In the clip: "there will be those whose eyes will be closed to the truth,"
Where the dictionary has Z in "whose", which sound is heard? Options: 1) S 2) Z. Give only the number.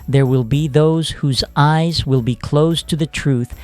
2